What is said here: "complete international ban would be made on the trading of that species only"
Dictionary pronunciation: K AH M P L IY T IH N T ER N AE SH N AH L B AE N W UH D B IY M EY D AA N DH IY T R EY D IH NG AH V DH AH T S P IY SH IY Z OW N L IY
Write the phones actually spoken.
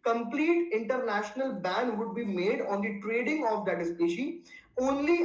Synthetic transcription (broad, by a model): K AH M P L IY T IH N T ER N AE SH N AH L B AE N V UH D B IY M EY D AA N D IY T R EY D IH NG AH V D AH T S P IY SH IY OW N L IY